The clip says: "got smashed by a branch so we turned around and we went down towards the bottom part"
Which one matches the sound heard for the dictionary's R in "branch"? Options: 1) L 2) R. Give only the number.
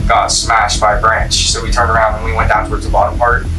2